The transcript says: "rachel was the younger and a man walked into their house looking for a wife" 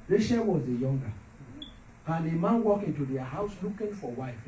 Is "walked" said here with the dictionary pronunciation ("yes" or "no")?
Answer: no